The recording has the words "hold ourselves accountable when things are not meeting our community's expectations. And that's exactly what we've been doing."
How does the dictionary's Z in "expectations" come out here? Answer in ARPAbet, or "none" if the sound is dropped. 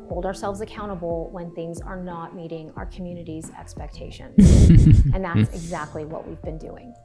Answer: none